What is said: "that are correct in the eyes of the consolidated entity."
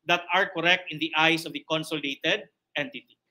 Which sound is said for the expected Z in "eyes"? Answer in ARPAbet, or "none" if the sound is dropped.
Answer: S